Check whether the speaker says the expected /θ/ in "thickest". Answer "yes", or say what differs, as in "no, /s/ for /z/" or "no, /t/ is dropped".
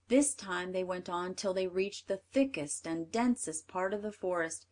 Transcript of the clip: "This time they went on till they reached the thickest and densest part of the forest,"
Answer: yes